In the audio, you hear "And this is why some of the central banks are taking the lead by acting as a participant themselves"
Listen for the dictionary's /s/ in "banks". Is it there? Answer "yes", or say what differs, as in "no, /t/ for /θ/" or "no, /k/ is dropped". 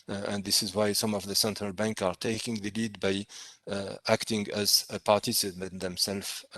no, /s/ is dropped